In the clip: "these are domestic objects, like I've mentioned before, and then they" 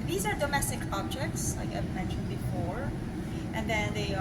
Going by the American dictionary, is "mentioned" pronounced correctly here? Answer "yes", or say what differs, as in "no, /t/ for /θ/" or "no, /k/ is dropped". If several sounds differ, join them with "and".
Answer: no, /ʃ/ is dropped